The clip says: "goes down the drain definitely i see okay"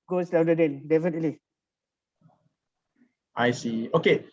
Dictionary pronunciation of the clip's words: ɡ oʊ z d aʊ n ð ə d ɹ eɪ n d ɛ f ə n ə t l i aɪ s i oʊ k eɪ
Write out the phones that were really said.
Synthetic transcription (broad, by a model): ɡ oʊ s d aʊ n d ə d eɪ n d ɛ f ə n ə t l i aɪ s i oʊ k eɪ